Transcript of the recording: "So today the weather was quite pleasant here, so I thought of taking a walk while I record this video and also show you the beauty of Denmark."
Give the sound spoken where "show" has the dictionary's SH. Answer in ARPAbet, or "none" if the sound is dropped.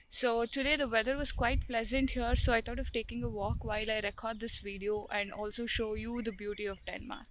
SH